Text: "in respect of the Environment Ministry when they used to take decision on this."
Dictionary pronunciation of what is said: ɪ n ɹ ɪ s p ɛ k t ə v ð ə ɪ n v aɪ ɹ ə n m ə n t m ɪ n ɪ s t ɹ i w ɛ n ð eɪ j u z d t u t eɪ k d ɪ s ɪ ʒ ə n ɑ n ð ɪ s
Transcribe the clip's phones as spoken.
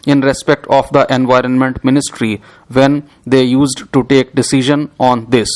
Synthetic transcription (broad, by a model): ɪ n ɹ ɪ s p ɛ k t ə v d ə ɪ n v aɪ ɹ ə n m ə n t m ɪ n ɪ s t ɹ i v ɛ n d eɪ j u z d t u t eɪ k d ɪ s ɪ ʒ ə n ɑ n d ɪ s